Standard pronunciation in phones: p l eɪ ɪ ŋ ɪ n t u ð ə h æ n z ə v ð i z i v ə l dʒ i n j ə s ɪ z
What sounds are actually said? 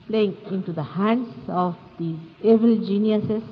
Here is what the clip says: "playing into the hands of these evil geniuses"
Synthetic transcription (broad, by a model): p l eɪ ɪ ŋ ɪ n t u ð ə h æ n s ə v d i ɛ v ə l dʒ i n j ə s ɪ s